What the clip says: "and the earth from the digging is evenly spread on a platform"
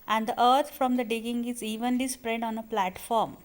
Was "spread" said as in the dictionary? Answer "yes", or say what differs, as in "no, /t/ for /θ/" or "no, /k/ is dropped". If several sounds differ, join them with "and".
yes